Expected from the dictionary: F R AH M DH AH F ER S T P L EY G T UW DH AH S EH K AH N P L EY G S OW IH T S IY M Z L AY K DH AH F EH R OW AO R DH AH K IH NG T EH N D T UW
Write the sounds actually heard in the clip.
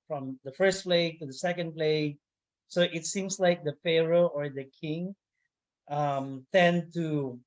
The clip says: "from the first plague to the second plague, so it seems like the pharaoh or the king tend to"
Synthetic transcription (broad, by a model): F R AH M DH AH F ER S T P L EY G T UW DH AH S EH K AH N P L EY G S OW IH T S IY M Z L AY K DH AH F EH R OW AO R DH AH K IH NG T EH N T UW